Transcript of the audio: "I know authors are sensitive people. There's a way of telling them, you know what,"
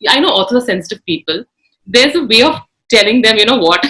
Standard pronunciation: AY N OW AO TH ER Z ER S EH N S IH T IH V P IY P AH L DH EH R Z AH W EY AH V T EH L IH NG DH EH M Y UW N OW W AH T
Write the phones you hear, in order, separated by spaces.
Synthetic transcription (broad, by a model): AY N OW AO S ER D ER S EH N S IH T IH V P IY P AH L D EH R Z AH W EY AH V T EH L IH NG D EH M Y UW N OW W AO T